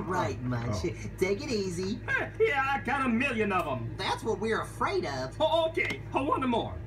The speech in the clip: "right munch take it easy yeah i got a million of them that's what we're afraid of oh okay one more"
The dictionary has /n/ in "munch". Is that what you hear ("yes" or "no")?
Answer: no